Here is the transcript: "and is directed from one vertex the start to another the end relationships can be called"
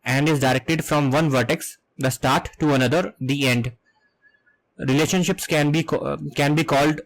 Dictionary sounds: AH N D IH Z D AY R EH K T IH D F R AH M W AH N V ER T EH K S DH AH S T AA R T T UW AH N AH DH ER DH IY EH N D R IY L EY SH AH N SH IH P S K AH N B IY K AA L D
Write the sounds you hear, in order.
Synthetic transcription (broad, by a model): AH N D IH Z D AY R EH K T IH D F R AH M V AH N V ER T EH K S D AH S T AA R T T UW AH N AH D ER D IY EH N D R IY L EY SH AH N SH IH P S K AH N B IY K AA L D